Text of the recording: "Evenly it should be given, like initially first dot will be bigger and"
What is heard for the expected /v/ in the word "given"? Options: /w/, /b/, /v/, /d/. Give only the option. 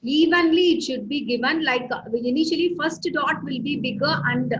/v/